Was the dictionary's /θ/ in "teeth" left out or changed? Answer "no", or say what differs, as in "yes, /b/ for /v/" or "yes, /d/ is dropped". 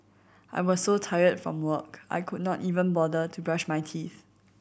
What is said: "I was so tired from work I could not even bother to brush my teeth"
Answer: no